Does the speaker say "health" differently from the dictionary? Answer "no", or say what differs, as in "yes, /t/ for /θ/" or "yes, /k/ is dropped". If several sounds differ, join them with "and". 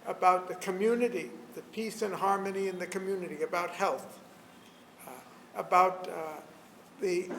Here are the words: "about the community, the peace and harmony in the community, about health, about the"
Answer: no